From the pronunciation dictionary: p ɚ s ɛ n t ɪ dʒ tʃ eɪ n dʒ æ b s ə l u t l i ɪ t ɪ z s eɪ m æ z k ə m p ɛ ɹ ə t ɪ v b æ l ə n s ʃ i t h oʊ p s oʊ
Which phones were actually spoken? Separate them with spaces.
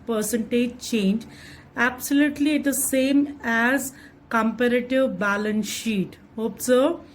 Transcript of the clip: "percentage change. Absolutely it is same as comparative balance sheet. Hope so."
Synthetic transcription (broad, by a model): p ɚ s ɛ n t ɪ dʒ tʃ eɪ n dʒ æ b s ə l u t l i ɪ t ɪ s eɪ m æ z k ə m p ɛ ɹ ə t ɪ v b æ l ə n s ʃ i t h oʊ p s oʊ